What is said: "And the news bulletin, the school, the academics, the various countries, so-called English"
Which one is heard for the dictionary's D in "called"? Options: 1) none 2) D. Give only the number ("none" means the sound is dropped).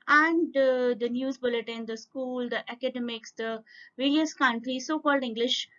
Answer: 2